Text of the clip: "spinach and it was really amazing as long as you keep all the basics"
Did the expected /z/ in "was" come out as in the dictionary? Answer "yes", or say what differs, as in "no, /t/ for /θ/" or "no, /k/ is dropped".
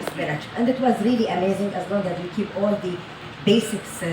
yes